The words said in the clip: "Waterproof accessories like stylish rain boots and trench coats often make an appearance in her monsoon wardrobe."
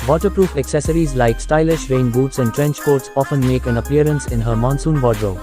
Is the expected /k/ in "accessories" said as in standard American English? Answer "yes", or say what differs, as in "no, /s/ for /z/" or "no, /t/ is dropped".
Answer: yes